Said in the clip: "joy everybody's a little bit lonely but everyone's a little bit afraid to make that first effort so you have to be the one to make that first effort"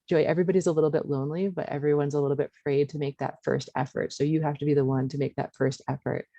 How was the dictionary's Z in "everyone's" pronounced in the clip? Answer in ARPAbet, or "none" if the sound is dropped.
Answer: Z